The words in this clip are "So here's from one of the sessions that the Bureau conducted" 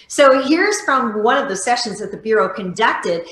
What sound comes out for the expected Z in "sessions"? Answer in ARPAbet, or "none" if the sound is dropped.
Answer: Z